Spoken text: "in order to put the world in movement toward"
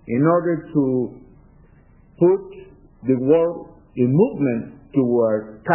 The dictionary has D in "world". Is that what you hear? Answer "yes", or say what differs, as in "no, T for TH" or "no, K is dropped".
no, D is dropped